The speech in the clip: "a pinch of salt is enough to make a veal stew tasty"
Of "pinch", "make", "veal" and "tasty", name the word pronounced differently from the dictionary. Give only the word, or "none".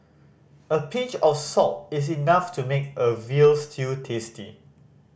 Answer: pinch